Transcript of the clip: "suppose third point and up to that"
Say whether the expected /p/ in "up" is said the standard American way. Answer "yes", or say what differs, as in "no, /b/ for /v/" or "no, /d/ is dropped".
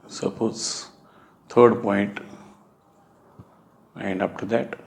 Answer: no, /f/ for /p/